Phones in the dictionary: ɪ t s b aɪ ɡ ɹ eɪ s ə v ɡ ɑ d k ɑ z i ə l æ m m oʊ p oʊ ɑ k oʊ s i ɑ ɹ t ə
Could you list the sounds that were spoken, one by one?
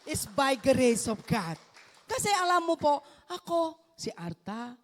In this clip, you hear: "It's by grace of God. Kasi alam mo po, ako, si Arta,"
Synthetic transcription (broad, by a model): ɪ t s b aɪ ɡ ɹ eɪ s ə p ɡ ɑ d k ɑ s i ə l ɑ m m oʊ p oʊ ɑ k oʊ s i ɑ ɹ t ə